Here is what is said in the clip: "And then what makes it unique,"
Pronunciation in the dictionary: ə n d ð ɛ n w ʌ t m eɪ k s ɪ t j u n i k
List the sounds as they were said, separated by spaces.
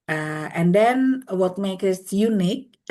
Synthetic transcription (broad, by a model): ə n d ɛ n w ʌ t m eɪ k ɪ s j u n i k